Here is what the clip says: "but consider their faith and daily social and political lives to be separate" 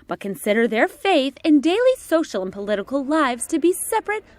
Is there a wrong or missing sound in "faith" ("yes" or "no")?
no